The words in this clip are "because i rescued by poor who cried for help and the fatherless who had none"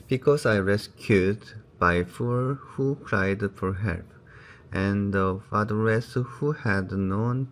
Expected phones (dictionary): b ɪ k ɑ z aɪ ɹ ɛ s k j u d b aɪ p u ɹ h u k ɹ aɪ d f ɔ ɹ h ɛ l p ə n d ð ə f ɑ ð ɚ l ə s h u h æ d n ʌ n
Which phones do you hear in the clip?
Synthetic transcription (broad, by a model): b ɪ k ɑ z aɪ ɹ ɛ s k j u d b aɪ f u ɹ h u k ɹ aɪ d f ɔ ɹ h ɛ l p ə n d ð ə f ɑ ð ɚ ə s h u h æ d n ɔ n